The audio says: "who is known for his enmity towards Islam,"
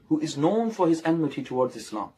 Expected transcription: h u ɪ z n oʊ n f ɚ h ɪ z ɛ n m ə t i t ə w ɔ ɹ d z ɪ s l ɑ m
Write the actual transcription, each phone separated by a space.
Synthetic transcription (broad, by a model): h u ɪ z n oʊ n f ɚ h ɪ z ɛ n m ə t i t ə w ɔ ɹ d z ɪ s l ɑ m